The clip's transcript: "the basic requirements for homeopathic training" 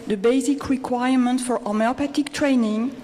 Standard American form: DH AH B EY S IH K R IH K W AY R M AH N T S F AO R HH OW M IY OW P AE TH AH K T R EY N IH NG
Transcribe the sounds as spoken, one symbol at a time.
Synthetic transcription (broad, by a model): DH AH B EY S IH K R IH K W AY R M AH N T F AO R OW M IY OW P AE T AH K T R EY N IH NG